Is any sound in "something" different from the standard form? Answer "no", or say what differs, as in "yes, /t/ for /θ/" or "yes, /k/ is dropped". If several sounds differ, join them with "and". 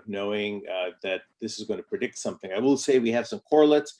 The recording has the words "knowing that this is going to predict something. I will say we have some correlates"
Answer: no